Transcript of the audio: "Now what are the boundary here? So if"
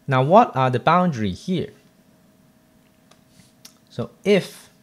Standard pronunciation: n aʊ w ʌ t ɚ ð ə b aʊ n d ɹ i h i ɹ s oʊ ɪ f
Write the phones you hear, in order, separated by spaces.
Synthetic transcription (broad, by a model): n aʊ w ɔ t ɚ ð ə b aʊ n d ɹ i h i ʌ s oʊ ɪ f